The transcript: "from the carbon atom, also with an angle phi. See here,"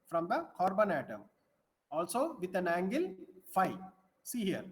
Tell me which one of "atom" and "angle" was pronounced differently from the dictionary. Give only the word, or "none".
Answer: none